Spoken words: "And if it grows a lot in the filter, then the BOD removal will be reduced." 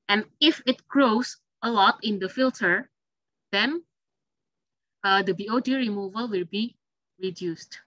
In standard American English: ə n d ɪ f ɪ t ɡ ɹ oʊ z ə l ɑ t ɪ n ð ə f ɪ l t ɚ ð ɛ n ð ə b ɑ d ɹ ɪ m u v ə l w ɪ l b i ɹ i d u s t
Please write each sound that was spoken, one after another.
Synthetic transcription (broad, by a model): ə n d ɪ f ɪ t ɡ ɹ oʊ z ə l ɑ t ɪ n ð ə f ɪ l t ɚ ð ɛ n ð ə b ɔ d ɹ ɪ m u v ə l w ɪ l b i ɹ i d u s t